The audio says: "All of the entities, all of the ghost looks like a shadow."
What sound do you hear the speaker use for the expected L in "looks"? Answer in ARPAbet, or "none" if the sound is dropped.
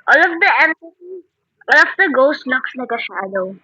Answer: N